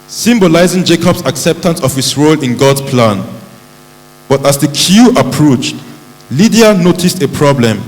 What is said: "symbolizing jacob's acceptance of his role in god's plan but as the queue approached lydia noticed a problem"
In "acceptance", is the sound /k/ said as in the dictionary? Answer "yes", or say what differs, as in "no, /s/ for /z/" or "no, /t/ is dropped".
yes